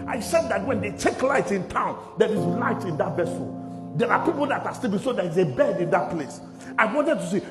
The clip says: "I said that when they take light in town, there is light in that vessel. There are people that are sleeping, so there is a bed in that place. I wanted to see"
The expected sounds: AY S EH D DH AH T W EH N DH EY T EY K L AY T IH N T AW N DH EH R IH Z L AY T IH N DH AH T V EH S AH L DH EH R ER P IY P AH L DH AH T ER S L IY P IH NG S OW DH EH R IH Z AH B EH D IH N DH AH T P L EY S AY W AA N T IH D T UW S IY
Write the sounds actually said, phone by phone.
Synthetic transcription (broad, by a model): AY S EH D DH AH T W EH N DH EY T EY K L AY T IH N T AW N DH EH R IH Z L AY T IH N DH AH T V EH S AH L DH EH R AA P IY P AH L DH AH T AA S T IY B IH S OW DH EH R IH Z AH B EH D IH N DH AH T P L EY S AY W AA N T IH D T UW S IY